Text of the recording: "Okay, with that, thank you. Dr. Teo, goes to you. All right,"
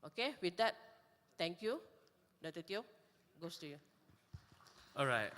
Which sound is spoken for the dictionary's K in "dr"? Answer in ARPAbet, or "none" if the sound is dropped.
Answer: none